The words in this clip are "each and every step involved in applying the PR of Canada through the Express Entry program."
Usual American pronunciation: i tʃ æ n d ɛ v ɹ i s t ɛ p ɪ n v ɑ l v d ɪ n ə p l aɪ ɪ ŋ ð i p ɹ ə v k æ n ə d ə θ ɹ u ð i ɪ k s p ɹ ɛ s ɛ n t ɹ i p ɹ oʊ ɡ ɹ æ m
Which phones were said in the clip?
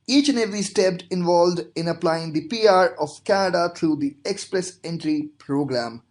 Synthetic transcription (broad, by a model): i tʃ n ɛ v i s t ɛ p ɪ n v ɑ l v d ɪ n ə p l aɪ ɪ ŋ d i p ɹ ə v k æ n ə d ə t ɹ u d i ɪ k s p ɹ ɛ s ɛ n t ɹ i p ɹ oʊ ɡ ɹ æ m